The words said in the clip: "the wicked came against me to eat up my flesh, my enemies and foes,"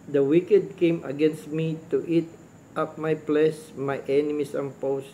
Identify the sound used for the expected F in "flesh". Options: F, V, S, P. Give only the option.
P